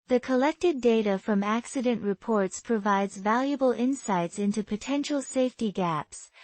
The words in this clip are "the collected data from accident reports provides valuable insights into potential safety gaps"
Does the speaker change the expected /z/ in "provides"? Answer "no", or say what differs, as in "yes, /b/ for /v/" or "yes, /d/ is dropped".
no